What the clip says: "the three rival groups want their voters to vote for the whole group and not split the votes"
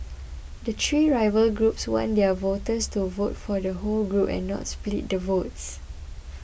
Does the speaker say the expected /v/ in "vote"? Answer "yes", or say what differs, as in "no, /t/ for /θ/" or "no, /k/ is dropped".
yes